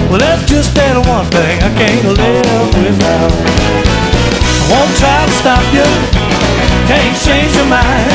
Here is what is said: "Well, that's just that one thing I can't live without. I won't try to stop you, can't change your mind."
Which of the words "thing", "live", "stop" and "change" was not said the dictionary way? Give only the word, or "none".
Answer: live